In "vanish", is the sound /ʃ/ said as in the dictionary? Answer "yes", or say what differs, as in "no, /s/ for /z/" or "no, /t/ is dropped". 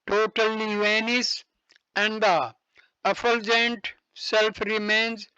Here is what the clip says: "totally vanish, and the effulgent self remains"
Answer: no, /s/ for /ʃ/